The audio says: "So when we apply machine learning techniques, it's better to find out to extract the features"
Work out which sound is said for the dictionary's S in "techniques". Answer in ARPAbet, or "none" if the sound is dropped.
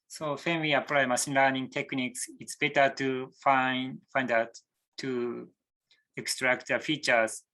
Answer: S